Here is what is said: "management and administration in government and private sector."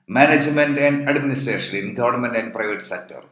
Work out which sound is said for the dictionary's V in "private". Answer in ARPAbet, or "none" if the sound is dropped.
V